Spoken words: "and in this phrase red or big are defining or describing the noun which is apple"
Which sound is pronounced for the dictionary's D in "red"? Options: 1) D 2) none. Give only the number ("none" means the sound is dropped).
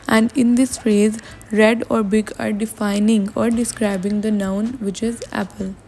1